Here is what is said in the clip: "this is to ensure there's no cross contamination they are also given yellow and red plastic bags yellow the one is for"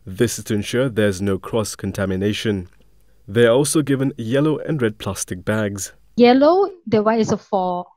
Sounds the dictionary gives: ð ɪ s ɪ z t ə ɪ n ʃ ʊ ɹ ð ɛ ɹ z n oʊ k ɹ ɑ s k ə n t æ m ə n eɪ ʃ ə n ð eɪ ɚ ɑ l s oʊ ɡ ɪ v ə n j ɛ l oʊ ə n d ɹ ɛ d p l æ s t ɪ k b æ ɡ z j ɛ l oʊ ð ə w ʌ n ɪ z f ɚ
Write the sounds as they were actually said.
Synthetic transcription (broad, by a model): ð ɪ s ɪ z t ə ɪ n ʃ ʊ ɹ ð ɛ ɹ z n oʊ k ɹ ɑ s k ə n t æ m ə n eɪ ʃ ə n ð eɪ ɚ ɑ l s oʊ ɡ ɪ v ə n j ɛ l oʊ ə n ɹ ɛ d p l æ s t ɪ k b æ ɡ z j ɛ l oʊ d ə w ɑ ɪ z f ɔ